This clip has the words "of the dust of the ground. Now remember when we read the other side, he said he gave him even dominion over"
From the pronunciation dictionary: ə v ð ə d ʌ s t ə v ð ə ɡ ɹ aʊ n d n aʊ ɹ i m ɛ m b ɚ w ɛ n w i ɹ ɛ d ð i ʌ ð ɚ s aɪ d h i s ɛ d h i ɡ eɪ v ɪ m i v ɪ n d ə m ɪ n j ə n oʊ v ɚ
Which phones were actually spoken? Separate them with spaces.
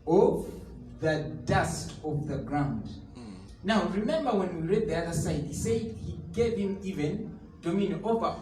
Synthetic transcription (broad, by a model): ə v ð ə d ʌ s t ə v ð ə ɡ ɹ aʊ n d n aʊ ɹ i m ɛ m b ɚ w ɛ n w i ɹ ɛ d ð i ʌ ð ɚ s aɪ d h i s ɛ d h i ɡ eɪ v ɪ m i v ɪ n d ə m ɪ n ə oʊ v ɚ